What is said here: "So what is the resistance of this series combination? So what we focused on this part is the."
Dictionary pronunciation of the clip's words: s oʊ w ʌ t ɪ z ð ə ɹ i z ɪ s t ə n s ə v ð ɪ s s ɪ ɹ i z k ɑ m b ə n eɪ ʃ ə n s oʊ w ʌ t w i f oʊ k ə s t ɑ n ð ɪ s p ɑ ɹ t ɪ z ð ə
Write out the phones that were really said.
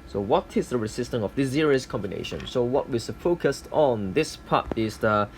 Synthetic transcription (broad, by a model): s oʊ w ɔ t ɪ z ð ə ɹ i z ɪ s t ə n ə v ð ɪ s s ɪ ɹ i s k ɑ m b ə n eɪ ʃ ə n s oʊ w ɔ t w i f oʊ k ə s t ɑ n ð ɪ s p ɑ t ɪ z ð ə